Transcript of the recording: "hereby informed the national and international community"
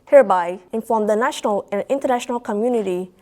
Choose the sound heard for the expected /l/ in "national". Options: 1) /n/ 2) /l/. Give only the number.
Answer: 2